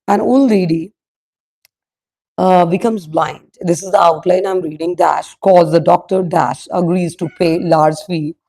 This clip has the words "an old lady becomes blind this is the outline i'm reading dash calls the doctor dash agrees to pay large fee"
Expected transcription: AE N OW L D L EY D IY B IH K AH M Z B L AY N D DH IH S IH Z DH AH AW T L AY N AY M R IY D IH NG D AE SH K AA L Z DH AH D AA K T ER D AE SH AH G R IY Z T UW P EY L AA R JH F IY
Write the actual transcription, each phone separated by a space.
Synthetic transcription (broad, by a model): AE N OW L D L EY D IY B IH K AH M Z B L AY N D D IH S IH Z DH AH AW T L AY N AY M R IY D IH NG D AE SH K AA Z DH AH D AA K T ER D AE SH AH G R IY Z T UW P EY L AA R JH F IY